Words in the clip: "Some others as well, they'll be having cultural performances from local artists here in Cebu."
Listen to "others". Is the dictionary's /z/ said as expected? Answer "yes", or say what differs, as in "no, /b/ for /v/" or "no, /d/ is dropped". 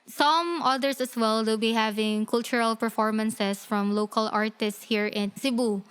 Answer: no, /s/ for /z/